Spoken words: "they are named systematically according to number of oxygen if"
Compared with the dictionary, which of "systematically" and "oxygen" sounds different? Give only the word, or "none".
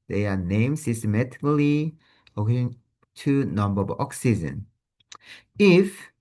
none